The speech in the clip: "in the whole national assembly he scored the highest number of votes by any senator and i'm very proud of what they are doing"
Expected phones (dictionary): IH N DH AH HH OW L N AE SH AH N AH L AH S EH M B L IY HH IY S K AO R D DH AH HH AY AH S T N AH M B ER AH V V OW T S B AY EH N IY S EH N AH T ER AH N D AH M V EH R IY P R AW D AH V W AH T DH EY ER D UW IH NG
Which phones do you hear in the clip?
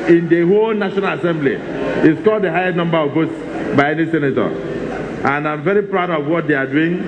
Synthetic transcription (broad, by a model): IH N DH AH HH OW L N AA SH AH N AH L AH S EH M B L IY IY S K AO L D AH HH AY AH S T N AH M B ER AH V B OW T S B AY EH N IY S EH N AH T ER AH N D AH M V EH R IY P R AW D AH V W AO T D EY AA D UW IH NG